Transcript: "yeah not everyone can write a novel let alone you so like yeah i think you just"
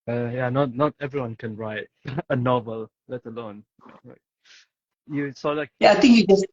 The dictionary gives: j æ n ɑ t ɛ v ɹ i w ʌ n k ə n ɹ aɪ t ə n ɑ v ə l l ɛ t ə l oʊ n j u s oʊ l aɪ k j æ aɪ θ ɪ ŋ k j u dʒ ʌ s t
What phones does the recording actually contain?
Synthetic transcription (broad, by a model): j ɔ n ɑ t ɛ v ɹ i w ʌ n k ə n ɹ aɪ t ə n ɑ v ə l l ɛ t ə l oʊ n j u s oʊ l aɪ k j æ aɪ t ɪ ŋ k j u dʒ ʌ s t